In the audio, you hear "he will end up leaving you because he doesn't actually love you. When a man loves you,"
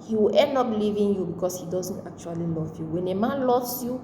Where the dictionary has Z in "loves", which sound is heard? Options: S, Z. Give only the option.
S